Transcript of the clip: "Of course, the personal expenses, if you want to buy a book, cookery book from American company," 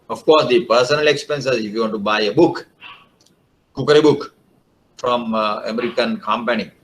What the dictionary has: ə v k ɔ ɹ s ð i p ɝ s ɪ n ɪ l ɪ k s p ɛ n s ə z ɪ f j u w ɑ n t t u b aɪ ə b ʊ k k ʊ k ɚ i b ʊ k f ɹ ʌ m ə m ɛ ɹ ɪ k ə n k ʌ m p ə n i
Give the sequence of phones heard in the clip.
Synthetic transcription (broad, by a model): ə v k ɔ ɹ s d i p ɝ s ɪ n ɪ l ɪ k s p ɛ n s ə z ɪ f j u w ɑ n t t u b aɪ ə b ʊ k k ʊ k ɚ i b ʊ k f ɹ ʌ m ə m ɛ ɹ ɪ k ə n k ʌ m p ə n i